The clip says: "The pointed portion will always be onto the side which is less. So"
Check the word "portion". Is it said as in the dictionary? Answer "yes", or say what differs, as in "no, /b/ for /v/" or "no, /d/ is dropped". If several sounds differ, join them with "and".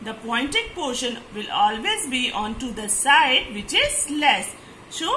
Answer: yes